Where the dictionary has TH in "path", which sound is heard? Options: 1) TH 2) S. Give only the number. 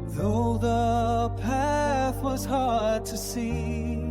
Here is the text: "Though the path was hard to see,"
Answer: 1